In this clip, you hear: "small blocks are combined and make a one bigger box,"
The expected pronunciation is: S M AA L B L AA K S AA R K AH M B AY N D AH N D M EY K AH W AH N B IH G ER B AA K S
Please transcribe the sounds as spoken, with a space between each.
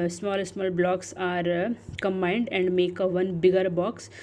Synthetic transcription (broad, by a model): S M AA L B L AA K S AA R K AH M B AY N D AH N D M EY K AH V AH N B IH G ER B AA K S